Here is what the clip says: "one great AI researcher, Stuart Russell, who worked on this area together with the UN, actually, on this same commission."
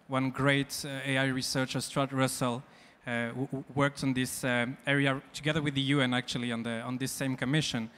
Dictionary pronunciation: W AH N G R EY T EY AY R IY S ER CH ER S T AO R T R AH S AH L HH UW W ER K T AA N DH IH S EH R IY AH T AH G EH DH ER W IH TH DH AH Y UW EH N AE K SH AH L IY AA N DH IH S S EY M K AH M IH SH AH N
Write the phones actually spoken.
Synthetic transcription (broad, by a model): W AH N G R EY T EY AY R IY S ER CH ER S T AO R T R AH S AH L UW W ER K T N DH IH S EH R IY AH T AH G EH DH ER W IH DH AH Y UW EH N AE K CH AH L IY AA N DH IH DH S EY M K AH M IH SH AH N